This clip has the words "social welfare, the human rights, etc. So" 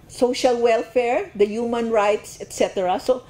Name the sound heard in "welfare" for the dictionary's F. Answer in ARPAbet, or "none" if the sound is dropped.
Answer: F